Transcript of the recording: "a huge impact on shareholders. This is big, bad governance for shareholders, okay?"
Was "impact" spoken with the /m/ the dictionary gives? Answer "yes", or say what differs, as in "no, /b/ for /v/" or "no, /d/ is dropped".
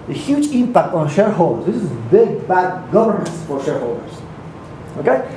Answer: yes